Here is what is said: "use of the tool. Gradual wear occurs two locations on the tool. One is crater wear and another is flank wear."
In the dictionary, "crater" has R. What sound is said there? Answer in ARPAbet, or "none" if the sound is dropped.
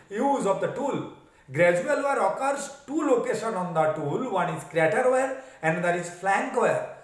R